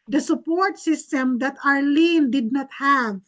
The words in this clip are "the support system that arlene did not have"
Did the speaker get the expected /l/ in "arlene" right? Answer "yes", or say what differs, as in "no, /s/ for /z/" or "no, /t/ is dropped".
yes